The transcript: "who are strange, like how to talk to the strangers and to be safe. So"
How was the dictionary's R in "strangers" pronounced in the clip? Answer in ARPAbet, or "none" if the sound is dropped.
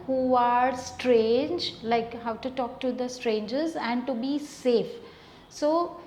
R